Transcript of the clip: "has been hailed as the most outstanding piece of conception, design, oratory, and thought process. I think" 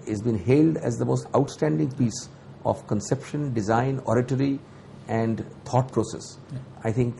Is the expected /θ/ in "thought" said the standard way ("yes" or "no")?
no